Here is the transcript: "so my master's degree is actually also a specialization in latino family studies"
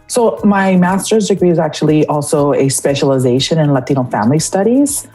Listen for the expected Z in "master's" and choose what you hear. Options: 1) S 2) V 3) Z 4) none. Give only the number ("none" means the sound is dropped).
3